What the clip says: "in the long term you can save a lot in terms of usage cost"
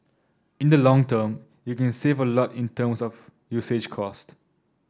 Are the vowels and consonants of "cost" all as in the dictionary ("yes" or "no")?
yes